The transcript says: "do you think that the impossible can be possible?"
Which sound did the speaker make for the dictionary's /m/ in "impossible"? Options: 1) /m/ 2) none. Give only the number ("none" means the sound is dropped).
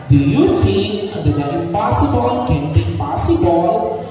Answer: 2